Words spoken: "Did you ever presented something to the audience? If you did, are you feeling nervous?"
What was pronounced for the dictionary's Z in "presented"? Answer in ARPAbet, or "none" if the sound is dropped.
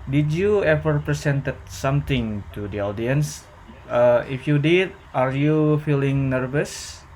S